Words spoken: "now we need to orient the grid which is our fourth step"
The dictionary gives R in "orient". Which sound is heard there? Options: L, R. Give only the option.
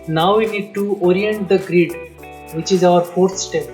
R